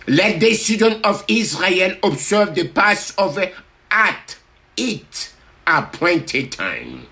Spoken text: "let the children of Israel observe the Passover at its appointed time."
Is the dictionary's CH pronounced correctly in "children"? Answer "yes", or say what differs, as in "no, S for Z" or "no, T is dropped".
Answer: no, S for CH